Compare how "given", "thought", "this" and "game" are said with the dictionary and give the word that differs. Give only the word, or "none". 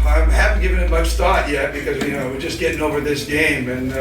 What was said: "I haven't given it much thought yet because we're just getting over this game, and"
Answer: none